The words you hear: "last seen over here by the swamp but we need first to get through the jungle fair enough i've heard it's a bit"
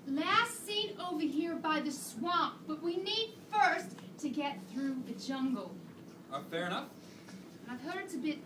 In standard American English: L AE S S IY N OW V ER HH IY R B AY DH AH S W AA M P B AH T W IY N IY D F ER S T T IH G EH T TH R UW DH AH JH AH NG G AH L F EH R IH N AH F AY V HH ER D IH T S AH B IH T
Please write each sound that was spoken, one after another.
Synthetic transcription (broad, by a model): L AE S S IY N OW V ER HH IY R B AY DH AH S W AA M P B AH T W IY N IY D F ER S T T IH G EH T TH R UW DH AH JH AH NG G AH F EH R IH N AH F AY V HH ER D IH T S AH B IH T